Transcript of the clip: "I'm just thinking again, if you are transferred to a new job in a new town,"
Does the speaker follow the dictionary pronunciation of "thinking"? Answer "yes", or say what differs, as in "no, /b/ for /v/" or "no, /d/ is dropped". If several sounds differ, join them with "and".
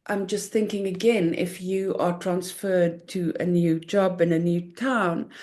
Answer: yes